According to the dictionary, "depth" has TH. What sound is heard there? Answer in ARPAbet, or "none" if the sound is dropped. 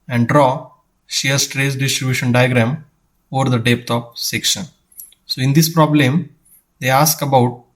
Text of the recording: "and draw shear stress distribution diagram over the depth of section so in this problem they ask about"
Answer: T